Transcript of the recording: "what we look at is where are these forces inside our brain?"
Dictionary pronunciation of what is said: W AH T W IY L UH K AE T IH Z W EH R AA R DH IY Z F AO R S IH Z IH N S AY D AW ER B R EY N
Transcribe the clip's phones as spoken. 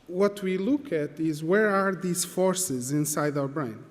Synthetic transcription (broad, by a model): W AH T W IY L UH K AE T IH Z W EH R AA R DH IY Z F AO R S IH Z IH N S AY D AW ER B R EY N